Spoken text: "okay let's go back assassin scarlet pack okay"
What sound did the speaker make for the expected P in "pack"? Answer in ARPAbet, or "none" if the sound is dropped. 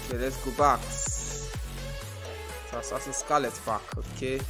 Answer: F